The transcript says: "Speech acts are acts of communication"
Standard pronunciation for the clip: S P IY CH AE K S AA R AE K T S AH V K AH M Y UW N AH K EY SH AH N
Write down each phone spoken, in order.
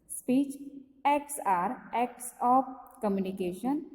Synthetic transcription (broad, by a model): S P IY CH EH K S AA R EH K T S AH P K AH M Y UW N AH K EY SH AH N